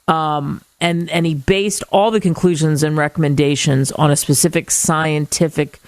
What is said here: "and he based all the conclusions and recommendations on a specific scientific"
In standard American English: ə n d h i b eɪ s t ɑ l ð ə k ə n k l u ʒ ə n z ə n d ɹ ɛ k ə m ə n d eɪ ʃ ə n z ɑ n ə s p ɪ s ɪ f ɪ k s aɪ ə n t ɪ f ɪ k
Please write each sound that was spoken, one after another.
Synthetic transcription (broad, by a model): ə n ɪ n i b eɪ s t ɑ l ð ə k ə n k l u ʒ ə n z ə n ɹ ɛ k ə m ə n d eɪ ʃ ə n z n ə s p ɪ s ɪ f ɪ k s aɪ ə n t ɪ f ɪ k